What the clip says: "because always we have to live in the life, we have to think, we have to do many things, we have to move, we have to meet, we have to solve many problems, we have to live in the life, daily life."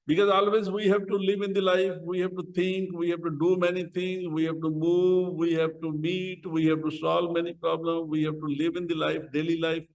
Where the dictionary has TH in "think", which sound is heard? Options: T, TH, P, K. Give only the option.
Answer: T